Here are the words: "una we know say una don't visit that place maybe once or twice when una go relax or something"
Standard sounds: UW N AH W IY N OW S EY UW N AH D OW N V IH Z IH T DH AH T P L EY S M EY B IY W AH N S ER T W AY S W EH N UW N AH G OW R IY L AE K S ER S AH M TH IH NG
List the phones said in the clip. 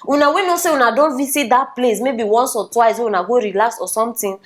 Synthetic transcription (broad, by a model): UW N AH W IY N OW S EY UW N AH D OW N V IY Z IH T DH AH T P L EY S M EY B IY W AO N S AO T W AY S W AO UW N AH G OW R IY L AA K S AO S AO M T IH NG